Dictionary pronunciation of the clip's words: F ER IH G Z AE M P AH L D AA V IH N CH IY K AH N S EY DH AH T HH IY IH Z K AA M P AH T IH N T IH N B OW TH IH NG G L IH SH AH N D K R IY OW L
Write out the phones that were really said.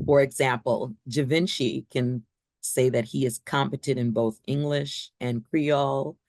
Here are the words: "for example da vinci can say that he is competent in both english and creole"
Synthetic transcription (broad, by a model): F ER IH G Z AE M P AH L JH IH V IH N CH IY K AH N S EY DH AH T HH IY IH Z K AA M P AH T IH T IH N B OW TH IH NG G L IH SH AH N K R IY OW L